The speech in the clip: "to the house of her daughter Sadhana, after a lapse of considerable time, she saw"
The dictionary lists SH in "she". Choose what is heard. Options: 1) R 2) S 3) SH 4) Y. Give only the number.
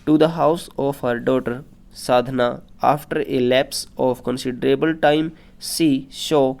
2